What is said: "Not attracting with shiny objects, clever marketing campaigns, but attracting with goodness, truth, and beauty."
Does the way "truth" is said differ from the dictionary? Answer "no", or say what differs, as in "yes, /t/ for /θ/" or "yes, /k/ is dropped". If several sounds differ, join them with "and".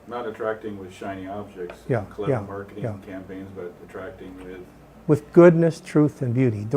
no